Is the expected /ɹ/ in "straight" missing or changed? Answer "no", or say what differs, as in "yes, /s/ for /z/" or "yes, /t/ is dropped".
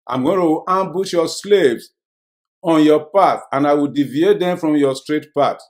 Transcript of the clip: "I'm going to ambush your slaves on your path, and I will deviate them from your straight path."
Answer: no